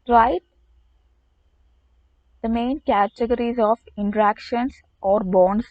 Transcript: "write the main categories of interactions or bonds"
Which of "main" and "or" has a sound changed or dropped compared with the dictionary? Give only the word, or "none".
none